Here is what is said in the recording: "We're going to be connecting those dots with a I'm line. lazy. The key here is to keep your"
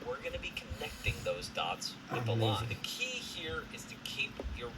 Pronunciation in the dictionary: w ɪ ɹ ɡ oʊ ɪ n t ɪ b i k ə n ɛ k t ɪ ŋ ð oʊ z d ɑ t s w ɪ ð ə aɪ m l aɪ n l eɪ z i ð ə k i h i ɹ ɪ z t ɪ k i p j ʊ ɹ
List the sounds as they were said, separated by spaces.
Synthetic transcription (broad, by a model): w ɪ ɹ ɡ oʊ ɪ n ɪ b i k ə n ɛ k t ɪ ŋ ð oʊ z d ɑ t s w ɪ ð ə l l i ð ə k i h i ɹ ɪ z t ɪ k i p j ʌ ɹ